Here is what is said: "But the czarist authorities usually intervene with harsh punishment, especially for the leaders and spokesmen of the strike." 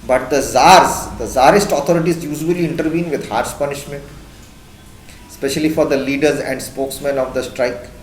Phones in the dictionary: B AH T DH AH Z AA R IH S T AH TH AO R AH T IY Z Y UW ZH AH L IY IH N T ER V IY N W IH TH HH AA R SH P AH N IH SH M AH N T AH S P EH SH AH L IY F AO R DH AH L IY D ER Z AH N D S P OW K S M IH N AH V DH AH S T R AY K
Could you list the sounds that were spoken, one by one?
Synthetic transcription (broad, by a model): B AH T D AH Z AA R IH S T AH T AO R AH T IY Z Y UW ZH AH L IY IH N T ER V IY N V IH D HH AA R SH P AH N IH SH M AH N T S P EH SH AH L IY F AO R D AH L IY D ER Z AH N D S P OW K S M IH N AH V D AH S T R AY K